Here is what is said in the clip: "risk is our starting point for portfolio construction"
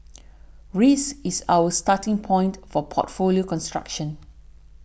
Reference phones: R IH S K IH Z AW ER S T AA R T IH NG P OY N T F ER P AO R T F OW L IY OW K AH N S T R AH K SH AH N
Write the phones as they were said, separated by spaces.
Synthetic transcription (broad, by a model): R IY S IH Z AW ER S T AA T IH NG P OY N T F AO P AO T F OW L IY OW K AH N S T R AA K SH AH N